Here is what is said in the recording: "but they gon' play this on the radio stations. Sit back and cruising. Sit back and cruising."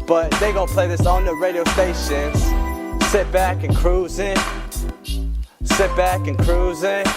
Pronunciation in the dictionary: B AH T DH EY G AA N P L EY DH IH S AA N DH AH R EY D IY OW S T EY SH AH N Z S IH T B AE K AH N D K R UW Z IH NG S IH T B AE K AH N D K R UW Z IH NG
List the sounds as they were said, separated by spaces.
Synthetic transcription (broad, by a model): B AH T DH EY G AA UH P L EY DH IH S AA N DH AH R EY D IY OW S EY S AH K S S IH T B AE K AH N K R UW Z IH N S IH T B AE K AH N K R UW Z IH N